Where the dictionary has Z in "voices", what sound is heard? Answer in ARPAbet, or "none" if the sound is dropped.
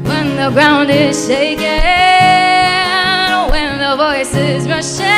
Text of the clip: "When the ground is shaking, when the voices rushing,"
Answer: Z